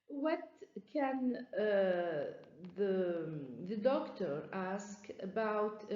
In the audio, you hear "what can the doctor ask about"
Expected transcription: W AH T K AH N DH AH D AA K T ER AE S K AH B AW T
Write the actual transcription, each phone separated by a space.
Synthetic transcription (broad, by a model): W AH T K AH N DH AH D AA K T ER AE S K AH B AW T